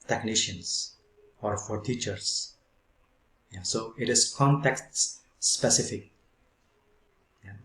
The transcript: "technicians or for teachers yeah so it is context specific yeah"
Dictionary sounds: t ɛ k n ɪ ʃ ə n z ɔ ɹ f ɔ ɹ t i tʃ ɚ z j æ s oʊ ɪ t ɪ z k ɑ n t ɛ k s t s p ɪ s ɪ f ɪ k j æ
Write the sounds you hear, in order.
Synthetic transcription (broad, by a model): t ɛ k n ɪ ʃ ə n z ɔ ɹ f ɔ ɹ t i tʃ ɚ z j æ s oʊ ɪ t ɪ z k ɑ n t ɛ k s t s p ɪ s ɪ f ɪ k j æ